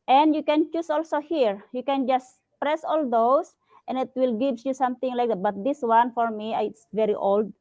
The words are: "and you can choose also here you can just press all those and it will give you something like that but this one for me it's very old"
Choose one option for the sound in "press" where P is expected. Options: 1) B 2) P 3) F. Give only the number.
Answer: 2